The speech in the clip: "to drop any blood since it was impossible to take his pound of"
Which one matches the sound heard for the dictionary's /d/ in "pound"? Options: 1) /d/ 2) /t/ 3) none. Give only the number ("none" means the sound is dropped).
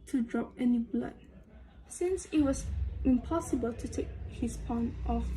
3